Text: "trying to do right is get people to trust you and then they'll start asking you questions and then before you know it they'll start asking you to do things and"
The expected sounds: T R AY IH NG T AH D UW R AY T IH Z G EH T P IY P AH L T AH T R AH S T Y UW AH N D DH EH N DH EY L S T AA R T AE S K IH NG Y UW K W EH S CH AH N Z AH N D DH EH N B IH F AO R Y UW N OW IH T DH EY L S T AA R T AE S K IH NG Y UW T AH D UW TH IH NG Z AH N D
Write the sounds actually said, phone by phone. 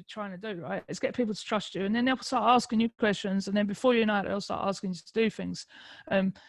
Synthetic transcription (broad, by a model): T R AY IH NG T AH D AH R AY T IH S G EH T P IY P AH L T AH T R AH S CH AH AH N DH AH N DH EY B S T AA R T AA S K IH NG Y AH K W EH S CH AH N Z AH N DH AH N B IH F AO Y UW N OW IH T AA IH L S T AA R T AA S K IH NG Y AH T AH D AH TH IH NG Z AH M